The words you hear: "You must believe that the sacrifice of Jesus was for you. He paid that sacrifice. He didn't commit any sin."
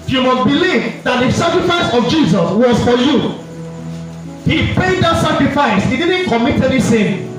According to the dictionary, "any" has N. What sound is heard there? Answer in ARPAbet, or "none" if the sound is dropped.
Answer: L